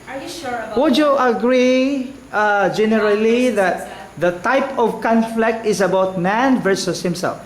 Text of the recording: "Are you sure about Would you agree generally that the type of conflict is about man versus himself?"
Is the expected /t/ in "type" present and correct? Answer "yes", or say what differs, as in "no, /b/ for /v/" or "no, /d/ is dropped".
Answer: yes